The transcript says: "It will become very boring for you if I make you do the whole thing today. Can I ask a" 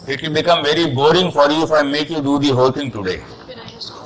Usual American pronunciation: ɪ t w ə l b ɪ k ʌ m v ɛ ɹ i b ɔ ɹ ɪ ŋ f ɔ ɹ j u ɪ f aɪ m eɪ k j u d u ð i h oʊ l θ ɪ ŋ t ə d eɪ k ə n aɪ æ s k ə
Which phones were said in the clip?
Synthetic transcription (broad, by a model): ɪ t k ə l b ɪ k ʌ m v ɛ ɹ i b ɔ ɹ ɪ ŋ f ɔ ɹ j u ɪ f aɪ m eɪ k j u d u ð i h oʊ l t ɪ ŋ t ə d eɪ